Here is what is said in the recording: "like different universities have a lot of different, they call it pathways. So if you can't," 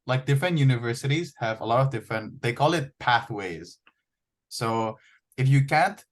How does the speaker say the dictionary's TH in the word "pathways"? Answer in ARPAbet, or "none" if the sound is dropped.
TH